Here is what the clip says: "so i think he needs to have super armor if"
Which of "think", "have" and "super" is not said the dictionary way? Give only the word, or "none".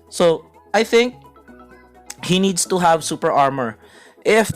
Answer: none